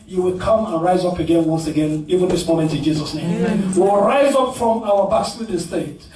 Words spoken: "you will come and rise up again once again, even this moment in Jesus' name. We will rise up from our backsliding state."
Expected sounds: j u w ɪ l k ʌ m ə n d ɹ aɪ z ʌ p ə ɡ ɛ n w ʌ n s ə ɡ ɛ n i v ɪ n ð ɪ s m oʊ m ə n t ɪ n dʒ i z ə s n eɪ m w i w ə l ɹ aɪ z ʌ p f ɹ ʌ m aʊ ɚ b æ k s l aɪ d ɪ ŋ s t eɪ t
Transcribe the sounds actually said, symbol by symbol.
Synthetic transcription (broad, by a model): j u w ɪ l k ʌ m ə n ɹ aɪ z ʌ p ə ɡ ɛ n w ʌ n s ə ɡ ɛ n i v ɪ n ð ɪ s m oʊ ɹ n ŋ ɪ n dʒ i z ə s n eɪ m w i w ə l ɹ aɪ z ʌ p f ɹ ʌ m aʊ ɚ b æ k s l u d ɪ s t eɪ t